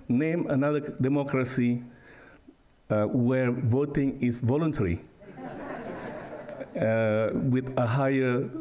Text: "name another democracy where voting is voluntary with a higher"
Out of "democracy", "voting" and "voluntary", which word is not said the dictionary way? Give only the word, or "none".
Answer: none